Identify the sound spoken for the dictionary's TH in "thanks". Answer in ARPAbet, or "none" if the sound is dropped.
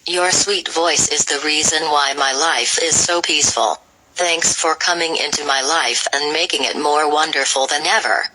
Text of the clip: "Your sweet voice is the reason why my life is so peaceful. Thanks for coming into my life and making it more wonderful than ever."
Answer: TH